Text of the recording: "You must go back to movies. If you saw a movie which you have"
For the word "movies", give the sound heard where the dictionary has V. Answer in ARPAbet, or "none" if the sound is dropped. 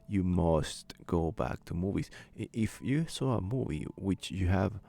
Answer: V